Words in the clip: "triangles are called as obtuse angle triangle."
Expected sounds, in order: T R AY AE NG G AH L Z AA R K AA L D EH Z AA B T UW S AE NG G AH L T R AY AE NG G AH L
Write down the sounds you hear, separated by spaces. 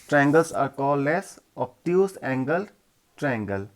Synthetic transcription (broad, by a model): T R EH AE NG G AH L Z AA R K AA L EH S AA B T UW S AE NG G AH L T R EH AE NG G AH L